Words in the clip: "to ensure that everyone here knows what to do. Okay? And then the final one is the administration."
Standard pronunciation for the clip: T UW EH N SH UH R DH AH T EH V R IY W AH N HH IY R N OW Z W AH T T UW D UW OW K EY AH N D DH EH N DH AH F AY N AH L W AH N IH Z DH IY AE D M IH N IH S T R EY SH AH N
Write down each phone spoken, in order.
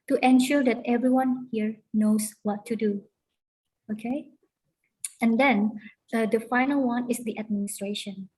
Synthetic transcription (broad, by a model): T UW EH N SH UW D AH T EH V R IY W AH N HH IY R N OW S W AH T T UW D UW OW K EY AH N D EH N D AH F AY N AH L W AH N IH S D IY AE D M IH N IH S T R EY SH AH N